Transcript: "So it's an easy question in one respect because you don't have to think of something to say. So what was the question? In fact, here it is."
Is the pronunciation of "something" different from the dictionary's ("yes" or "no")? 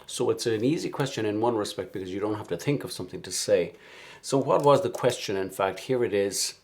no